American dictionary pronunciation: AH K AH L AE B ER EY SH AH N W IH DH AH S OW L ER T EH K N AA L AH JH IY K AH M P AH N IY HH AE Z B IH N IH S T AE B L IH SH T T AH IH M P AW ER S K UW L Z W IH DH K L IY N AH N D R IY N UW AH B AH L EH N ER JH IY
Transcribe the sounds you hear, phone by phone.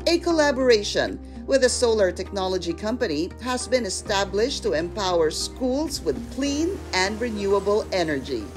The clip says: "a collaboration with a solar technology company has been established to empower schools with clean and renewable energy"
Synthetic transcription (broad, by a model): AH K AH L AE B ER EY SH AH N W IH DH AH S OW L ER T EH K N AA L AH JH IY K AH M P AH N IY HH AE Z B IH N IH S T AE B L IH SH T T AH IH M P AW ER S K UW L Z W IH DH K L IY N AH N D R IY N UW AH B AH L EH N ER JH IY